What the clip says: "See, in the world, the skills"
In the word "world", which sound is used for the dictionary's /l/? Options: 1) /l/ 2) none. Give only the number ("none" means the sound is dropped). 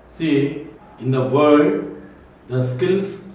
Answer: 2